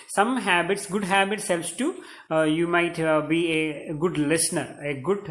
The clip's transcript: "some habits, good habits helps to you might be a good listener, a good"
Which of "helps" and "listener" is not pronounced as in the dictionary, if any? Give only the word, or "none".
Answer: helps